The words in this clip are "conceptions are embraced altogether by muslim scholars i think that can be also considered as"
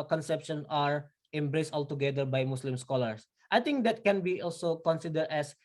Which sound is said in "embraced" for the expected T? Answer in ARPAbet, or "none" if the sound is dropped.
T